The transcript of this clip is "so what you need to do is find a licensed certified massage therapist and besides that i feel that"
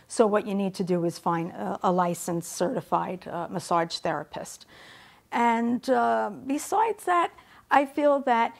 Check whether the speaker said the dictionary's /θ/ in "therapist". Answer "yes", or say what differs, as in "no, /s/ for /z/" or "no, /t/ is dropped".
yes